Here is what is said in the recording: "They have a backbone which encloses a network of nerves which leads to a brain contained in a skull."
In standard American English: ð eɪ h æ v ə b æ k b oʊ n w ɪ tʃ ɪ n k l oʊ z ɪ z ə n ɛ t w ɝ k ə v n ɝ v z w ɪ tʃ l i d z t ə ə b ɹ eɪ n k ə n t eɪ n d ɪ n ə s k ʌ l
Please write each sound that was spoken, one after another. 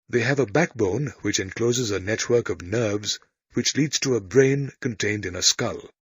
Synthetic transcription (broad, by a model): ð eɪ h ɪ v ə b æ k b oʊ n w ɪ tʃ ɪ n k l oʊ z ɪ z ə n ɛ t w ɝ k ə v n ɝ v z w ɪ tʃ l i d z t ə ə b ɹ eɪ n k ə n t eɪ n d ɪ n ə s k ʌ l